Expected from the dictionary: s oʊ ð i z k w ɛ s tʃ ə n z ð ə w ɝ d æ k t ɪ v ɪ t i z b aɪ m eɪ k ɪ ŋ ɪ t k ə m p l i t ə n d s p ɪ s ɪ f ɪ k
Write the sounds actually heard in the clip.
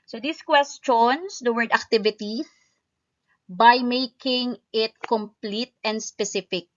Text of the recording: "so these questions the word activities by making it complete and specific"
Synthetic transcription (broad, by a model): s oʊ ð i s k w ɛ s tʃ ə n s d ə w ɝ d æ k t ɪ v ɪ t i b aɪ m eɪ k ɪ ŋ ɪ t k ə m p l i t ə n d s p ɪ s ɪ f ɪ k